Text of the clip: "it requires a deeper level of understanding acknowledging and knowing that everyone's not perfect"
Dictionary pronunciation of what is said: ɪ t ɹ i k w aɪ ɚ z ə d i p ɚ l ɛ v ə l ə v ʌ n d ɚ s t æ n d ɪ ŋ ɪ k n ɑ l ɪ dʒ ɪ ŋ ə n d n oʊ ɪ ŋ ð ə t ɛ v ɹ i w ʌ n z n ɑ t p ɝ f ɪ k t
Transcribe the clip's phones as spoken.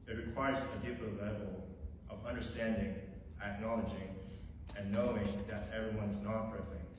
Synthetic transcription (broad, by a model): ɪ t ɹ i k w aɪ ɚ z ə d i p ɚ l ɛ v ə l ə v ʌ n d ɚ s t æ n d ɪ ŋ ɪ k n ɑ l ɪ dʒ ɪ ŋ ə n n oʊ ɪ ŋ ð ə t ɛ v ɹ i w ʌ n z n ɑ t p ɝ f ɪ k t